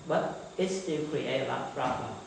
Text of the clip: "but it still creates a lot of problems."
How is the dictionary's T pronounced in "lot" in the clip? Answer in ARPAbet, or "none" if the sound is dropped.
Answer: none